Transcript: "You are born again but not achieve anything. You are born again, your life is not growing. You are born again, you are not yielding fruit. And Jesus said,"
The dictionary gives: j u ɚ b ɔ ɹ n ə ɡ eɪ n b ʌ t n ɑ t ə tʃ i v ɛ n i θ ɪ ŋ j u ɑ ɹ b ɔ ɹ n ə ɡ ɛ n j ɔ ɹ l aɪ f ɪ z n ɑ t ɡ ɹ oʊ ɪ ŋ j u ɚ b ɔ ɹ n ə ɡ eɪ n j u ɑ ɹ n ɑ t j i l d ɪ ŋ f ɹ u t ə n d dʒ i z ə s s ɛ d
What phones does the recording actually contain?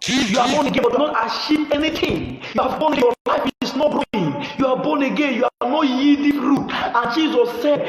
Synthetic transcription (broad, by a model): j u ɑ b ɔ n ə ɡ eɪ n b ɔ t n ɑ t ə ʃ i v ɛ n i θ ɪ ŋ j u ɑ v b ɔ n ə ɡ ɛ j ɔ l aɪ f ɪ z n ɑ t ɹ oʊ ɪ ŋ j u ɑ b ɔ n ə ɡ eɪ n j u ɑ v n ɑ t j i d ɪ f ɹ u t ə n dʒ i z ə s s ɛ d